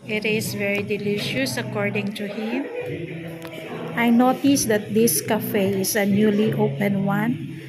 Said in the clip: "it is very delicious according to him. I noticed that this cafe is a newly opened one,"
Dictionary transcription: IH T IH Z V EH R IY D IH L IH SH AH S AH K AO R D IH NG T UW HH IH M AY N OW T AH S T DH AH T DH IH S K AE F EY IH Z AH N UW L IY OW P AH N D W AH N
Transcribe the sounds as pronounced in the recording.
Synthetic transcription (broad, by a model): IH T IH S V EH R IY D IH L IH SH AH S AH K AO R D IH NG T UW HH IH M AY N OW T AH S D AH T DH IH S K AE F EY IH S AH N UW L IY OW P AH N W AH N